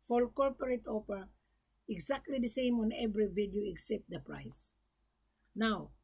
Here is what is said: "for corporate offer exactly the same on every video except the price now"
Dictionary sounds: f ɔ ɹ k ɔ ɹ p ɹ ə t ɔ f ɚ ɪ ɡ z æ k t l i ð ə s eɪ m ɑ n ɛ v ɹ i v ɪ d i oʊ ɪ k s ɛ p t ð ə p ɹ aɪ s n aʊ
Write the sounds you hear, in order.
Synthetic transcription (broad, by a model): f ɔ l k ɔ ɹ p ɹ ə t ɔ p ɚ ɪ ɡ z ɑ k t l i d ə s eɪ m ɑ n ɛ v ɹ i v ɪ d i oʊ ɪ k s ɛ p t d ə p ɹ aɪ s n aʊ